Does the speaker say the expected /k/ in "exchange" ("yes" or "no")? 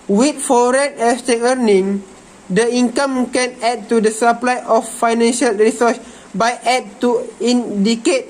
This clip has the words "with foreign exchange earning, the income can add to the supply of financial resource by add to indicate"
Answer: no